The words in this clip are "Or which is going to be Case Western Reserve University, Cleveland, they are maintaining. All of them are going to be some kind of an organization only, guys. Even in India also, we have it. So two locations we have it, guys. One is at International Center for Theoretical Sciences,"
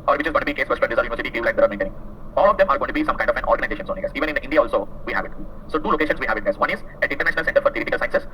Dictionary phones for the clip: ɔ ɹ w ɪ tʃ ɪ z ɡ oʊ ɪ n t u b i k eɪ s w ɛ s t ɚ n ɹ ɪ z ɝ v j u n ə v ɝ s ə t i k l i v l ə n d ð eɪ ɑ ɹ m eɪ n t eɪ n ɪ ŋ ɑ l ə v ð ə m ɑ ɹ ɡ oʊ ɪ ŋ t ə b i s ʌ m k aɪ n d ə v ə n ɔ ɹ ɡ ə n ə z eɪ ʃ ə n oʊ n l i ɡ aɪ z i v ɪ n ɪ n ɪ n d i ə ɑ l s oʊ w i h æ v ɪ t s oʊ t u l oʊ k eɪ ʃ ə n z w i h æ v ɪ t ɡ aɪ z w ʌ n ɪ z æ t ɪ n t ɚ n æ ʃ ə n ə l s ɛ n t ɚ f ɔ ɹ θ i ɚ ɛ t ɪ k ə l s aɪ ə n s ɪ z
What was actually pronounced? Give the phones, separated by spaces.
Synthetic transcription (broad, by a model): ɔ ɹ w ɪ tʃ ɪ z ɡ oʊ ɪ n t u b i k eɪ s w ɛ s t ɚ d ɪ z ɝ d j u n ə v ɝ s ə t i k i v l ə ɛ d ɑ ɹ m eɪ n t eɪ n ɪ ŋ ɑ l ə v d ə m ɑ ɹ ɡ oʊ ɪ t ə b i s ʌ m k aɪ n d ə f ə n ɔ ɹ ɡ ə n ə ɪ eɪ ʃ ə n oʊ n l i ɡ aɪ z i v ɪ n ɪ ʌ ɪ n d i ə ɑ l s oʊ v i h æ v ɪ t s oʊ t u l oʊ k eɪ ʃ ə n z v i h æ v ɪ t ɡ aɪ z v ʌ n ɪ z æ t ɪ n t ɚ n æ ʃ ə n ə l s ɛ n t ɚ f ɔ ɹ t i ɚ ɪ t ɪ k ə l s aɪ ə n s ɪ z